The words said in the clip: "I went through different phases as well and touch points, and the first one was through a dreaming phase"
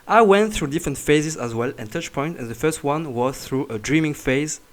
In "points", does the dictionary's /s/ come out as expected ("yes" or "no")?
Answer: no